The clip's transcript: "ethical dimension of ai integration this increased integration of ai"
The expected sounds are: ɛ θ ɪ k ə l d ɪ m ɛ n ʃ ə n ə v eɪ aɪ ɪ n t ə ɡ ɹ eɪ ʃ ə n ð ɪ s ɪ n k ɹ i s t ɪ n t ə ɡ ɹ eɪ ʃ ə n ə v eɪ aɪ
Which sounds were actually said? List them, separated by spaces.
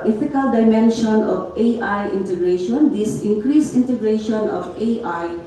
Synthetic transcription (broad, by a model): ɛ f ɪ k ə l d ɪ m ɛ n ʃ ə n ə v eɪ aɪ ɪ n t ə ɡ ɹ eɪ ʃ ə n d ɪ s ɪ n k ɹ i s ɪ n t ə ɡ ɹ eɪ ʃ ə n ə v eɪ aɪ